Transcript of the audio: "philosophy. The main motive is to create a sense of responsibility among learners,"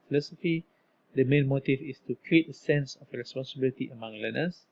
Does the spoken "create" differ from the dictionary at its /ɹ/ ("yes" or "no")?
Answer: no